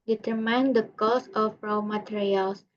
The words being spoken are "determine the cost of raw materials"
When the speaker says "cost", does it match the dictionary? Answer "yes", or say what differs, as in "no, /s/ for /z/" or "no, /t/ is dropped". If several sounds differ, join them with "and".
no, /t/ is dropped